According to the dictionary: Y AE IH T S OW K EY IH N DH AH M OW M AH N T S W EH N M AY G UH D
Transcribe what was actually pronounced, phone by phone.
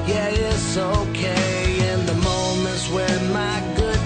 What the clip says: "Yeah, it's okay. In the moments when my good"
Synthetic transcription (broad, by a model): Y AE IH T S OW K EY IH N DH AH M OW M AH N T W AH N M AY G UH D